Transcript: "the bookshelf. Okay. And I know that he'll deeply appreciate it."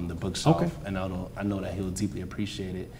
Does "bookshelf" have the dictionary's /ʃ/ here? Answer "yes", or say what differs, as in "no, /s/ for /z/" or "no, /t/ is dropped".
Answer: no, /s/ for /ʃ/